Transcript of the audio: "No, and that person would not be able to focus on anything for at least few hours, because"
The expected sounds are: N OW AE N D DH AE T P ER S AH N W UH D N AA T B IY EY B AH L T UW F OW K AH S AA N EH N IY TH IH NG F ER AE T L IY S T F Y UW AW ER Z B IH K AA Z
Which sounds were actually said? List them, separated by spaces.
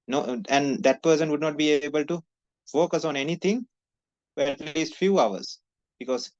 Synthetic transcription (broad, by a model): N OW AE N D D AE T P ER S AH N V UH D N AA T B IY EY B AH L T UW F OW K AH S AA N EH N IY T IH NG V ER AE T L IY S T F Y UW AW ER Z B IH K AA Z